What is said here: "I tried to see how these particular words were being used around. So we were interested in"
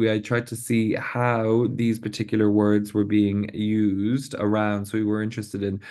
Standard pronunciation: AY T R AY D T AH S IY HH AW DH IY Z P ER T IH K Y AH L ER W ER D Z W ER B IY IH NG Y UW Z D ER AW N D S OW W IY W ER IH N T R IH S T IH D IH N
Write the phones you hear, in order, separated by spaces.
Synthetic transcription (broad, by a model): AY T R AY D T AH S IY HH AW DH IY Z P ER T IH K Y L ER W ER D Z W ER B IY IH NG Y UW Z D ER AW N D S OW W IY W ER IH N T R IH S T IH D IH N